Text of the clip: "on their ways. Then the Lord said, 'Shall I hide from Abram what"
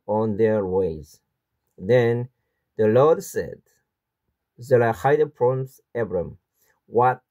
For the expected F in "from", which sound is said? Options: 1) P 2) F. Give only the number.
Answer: 1